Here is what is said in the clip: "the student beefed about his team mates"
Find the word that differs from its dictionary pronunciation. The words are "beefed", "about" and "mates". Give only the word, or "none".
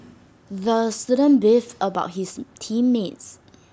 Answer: beefed